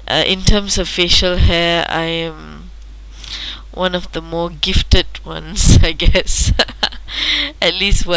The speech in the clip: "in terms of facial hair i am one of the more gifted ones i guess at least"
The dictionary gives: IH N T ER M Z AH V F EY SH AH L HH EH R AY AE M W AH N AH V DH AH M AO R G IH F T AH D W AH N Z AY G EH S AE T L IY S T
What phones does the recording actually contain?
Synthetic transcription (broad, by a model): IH N T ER M S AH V F EY SH AH L HH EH AY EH M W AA N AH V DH AH M AO G IH F T AH D W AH N S AY G EH S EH T L IY S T